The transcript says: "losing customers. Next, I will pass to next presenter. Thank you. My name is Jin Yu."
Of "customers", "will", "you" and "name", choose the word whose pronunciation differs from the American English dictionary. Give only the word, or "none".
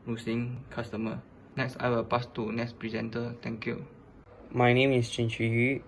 customers